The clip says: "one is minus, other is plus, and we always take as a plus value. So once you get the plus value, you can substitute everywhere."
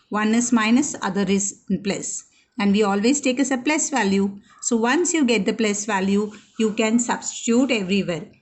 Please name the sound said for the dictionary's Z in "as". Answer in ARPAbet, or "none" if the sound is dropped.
S